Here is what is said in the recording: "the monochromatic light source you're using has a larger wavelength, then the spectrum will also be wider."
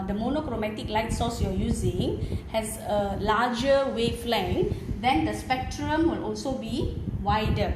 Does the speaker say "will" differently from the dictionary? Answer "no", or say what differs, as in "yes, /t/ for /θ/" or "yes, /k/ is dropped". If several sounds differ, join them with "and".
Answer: no